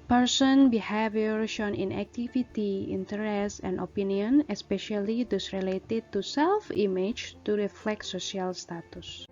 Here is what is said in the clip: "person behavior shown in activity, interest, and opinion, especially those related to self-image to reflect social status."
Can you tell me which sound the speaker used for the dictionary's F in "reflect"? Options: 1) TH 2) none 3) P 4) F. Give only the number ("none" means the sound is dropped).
4